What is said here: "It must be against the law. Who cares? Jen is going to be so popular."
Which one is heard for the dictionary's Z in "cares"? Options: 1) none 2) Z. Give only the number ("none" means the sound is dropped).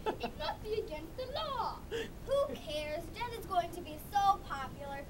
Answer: 2